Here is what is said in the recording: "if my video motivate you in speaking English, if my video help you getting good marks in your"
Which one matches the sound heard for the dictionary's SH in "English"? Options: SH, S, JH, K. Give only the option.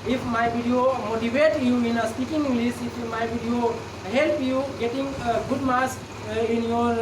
S